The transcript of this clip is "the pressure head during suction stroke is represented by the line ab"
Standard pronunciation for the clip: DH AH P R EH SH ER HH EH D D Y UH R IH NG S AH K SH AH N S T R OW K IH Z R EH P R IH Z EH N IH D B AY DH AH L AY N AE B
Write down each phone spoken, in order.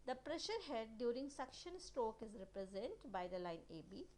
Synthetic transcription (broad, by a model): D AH P R EH SH ER HH EH D D Y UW R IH NG S AH K SH AH N S T R OW K IH Z R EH P R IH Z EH N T B AY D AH L AY N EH B